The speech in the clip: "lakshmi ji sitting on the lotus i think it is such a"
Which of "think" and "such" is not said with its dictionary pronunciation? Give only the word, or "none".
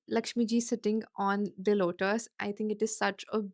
think